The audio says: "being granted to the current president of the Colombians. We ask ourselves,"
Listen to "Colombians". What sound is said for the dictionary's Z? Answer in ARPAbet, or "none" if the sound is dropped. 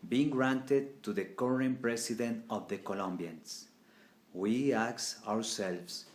S